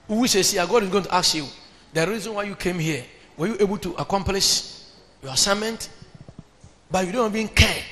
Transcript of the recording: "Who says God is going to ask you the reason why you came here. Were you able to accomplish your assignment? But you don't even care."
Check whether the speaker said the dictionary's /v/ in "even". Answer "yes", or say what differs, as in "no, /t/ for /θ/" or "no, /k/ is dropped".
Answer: no, /b/ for /v/